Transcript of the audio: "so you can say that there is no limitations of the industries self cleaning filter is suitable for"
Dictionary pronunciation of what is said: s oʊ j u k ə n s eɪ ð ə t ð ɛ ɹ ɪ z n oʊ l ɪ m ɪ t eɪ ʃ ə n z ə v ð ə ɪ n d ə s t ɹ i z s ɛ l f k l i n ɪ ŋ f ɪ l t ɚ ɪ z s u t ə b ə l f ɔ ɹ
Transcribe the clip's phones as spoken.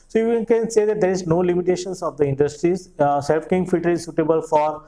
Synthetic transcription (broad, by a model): s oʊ j u k ə n s eɪ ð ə t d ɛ ɹ ɪ z n oʊ l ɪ m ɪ t eɪ ʃ ə n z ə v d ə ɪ n d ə s t ɹ i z s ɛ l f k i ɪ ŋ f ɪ t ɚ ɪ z s u t ə b ə l f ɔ ɹ